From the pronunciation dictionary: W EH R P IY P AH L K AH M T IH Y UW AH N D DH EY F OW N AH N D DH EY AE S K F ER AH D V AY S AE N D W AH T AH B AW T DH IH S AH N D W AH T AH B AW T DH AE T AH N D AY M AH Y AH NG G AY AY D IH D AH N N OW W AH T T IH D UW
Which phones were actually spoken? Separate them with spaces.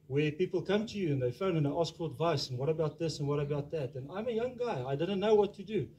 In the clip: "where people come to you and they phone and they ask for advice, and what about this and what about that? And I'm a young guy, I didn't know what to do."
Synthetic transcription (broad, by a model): W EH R P IY P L K AH M T IH Y UW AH N DH EY F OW AH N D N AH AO S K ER AH D V AY S N W AH T AH B AW T DH IH S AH N W AH T AH B AW T DH AE T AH N AY M AH Y AH NG G AY AY D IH D N N OW W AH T T IH D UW